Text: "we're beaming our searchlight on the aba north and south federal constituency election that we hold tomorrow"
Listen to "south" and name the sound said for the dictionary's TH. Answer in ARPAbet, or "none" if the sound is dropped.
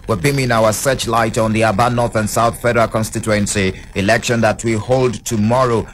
TH